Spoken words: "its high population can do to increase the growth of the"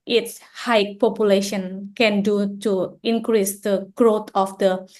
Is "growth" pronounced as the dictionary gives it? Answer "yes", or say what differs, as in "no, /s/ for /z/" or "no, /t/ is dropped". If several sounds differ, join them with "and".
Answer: no, /t/ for /θ/